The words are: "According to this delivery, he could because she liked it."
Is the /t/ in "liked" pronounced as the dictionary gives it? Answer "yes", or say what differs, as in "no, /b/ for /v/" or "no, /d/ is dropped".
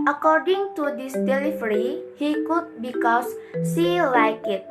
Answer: no, /t/ is dropped